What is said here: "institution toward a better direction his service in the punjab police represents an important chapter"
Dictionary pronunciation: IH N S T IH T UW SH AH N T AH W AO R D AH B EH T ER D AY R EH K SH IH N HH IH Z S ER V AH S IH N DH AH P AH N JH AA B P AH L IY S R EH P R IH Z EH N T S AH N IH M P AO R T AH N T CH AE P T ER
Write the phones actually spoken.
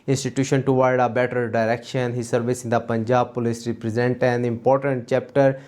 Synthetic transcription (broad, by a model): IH N S T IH T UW SH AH N T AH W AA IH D AH B EH T ER D AY R EH K SH IH N HH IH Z S ER V AH S IH N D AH P AH N JH AA B P AH L IY S R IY P R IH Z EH N T AH N IH M P AO R T AH N T CH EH P T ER